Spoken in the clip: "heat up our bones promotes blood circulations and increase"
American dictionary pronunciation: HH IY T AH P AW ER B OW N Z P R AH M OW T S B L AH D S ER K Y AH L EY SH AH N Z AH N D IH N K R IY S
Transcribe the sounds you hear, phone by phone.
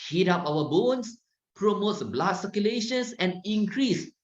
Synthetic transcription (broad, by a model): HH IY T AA P AW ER B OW N S P R AH M OW T S B L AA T S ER K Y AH L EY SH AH N S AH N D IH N K R IY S